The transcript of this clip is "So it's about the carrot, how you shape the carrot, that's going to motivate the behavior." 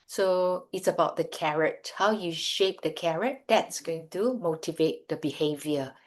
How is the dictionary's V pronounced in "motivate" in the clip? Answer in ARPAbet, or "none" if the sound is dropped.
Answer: V